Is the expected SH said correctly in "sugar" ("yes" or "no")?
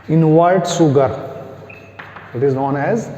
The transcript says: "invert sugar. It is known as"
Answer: no